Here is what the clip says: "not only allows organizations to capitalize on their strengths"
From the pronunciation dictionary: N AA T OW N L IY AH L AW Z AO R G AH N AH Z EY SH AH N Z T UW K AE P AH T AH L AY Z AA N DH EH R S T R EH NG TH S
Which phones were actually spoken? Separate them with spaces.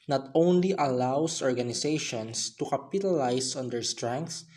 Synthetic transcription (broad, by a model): N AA T OW N L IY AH L AW S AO R G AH N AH S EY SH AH N S T UW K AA P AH T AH L AY S AA N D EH R S T R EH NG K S